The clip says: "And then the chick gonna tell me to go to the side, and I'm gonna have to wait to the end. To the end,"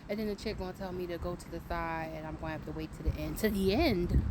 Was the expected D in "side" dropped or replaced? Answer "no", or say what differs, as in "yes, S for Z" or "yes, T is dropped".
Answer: yes, D is dropped